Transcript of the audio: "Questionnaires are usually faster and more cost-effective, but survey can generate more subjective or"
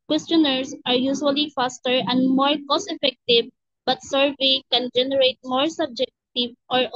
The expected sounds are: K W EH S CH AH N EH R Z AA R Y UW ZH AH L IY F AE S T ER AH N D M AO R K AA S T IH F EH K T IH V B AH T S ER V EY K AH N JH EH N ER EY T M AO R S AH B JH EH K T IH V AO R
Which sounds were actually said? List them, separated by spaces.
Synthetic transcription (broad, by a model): K W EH S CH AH N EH R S AA R Y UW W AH L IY F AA S T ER AH N D M AO R K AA S IH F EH K T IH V B AH T S ER V EY K AH N JH EH N ER EY T M AO R S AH B JH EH K T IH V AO R